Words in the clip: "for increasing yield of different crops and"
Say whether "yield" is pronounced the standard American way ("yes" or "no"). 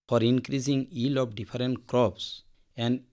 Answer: no